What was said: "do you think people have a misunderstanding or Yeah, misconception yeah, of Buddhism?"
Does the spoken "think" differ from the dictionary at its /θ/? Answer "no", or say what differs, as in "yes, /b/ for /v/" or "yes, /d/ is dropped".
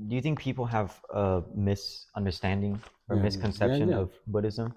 no